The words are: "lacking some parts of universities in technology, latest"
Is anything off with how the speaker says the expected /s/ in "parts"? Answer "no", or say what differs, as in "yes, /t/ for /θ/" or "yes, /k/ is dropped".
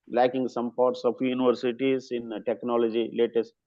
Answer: no